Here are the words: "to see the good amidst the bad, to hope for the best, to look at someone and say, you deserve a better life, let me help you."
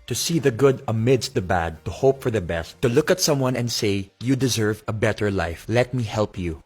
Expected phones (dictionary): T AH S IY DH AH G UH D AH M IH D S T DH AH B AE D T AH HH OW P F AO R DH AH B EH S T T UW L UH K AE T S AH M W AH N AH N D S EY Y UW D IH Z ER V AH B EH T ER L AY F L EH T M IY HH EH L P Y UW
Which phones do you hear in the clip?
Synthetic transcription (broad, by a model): T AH S IY DH AH G UH D AH M IH D S T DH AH B AE D T AH HH OW P F AO R DH AH B EH S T T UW L UH K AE T S AH M W AH N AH N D S EY Y UW D IH Z ER V AH B EH T ER L AY F L EH T M IY HH EH L P Y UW